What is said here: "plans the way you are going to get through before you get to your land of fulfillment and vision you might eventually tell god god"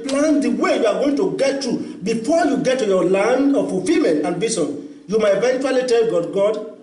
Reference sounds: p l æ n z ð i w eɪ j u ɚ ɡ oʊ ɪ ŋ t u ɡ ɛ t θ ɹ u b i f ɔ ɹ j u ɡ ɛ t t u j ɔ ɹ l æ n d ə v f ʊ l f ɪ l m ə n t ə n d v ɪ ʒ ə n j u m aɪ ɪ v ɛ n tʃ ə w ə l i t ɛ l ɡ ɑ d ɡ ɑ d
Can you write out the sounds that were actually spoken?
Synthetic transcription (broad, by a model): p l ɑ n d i w eɪ j u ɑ ɡ oʊ ɪ ŋ t u ɡ ɛ t t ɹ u b i f ɔ j u ɡ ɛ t t u j ɔ l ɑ n d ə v f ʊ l f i l m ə n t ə n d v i s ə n j u m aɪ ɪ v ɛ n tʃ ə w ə l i t ɛ l ɡ ɑ d ɡ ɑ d